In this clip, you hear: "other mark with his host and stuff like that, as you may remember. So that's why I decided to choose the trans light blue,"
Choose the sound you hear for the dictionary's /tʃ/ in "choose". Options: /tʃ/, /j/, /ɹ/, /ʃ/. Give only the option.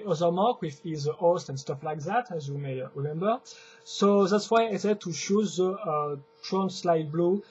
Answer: /ʃ/